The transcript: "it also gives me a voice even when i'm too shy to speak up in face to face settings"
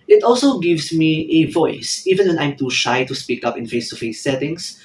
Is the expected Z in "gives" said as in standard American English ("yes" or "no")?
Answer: no